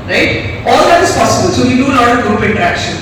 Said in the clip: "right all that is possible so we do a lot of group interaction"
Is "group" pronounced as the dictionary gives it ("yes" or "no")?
no